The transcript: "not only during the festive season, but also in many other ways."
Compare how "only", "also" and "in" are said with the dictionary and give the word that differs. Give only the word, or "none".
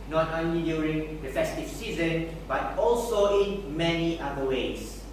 none